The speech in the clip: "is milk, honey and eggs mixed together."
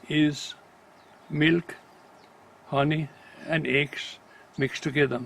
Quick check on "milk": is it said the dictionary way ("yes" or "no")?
yes